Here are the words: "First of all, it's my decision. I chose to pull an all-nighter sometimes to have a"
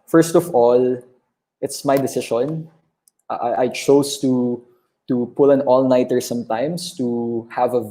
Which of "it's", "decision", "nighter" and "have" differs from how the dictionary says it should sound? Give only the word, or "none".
decision